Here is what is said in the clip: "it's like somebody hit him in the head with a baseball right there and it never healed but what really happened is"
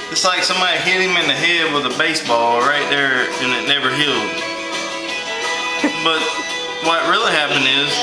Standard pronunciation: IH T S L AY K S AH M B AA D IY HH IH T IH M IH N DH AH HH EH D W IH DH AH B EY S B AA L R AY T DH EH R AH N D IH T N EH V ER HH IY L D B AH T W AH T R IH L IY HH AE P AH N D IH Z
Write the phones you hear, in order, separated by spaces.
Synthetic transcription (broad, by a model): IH T S L AY K S AH M B AA D IY HH IH T IH M IH N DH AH HH EH D W IH DH AH B EY S B AA L R AY T DH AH R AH N IH T N EH V ER HH IY L D B AH T W AH T R IH L IY HH AE P AH N D IH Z